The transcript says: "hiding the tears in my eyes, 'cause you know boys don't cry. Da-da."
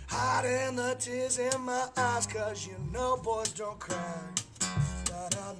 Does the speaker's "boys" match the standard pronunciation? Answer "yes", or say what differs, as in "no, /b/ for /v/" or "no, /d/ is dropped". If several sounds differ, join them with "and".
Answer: yes